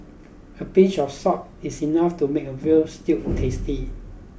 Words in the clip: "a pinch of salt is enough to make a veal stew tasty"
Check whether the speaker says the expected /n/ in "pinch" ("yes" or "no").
no